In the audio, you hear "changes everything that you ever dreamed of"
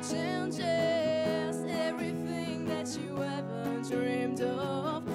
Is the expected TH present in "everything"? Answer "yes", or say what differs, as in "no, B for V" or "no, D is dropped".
yes